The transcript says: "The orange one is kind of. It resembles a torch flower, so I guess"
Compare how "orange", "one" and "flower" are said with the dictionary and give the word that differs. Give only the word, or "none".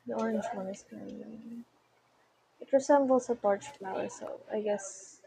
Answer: none